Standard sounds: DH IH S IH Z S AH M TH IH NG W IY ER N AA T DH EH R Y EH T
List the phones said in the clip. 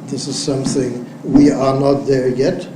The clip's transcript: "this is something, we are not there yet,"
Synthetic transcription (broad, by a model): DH IH S IH Z S AH M TH IH NG W IY ER N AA T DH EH R Y EH T